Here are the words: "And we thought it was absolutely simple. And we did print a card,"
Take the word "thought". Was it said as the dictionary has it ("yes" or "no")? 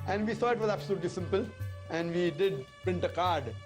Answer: no